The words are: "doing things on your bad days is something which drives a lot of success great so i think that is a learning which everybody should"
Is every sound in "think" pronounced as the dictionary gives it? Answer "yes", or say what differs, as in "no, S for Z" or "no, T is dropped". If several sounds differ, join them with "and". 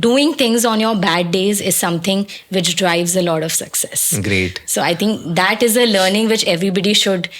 no, T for TH